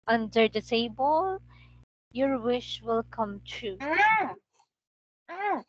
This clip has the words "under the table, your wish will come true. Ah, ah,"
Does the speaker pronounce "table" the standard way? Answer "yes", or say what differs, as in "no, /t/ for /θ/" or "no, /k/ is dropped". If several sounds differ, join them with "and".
no, /s/ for /t/